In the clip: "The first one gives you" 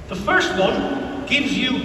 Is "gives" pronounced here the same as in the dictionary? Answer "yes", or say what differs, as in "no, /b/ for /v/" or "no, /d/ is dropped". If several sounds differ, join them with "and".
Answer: yes